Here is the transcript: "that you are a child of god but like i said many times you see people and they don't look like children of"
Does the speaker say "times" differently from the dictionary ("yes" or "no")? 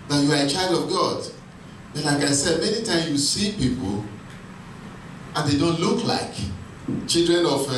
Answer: yes